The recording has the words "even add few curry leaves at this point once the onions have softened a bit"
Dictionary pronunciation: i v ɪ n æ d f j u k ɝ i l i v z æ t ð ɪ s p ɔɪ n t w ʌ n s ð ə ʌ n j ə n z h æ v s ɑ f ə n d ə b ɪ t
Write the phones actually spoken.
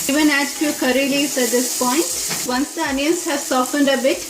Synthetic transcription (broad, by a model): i v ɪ n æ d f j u k ɝ i l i z æ t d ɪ s p ɔɪ n t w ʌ n s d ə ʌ n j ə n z h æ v s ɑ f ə n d ə b ɪ t